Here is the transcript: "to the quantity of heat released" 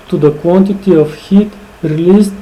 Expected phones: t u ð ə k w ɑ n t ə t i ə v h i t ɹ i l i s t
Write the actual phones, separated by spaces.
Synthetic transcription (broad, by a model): t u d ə k w ɑ n t ə t i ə f h i t ɹ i l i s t